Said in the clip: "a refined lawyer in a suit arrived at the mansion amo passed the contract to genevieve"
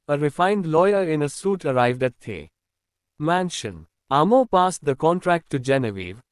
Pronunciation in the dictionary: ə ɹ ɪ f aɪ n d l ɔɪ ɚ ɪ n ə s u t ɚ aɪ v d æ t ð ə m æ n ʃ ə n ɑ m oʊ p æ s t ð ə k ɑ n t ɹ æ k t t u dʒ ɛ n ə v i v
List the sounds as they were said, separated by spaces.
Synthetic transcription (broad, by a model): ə ɹ ɪ f aɪ n d l ɔɪ ɚ ɪ n ə s u t ɚ aɪ v d æ t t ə m æ n ʃ ə n ɑ m oʊ p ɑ s t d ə k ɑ n t ɹ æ k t t u dʒ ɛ n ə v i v